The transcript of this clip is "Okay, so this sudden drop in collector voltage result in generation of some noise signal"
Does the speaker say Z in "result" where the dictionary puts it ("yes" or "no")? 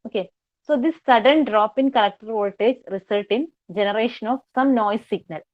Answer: no